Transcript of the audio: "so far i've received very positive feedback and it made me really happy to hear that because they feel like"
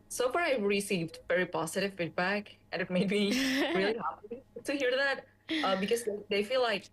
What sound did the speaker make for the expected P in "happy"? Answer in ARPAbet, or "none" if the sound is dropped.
none